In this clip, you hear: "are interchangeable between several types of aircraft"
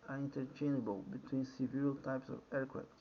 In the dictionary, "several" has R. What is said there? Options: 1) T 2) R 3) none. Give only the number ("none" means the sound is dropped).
3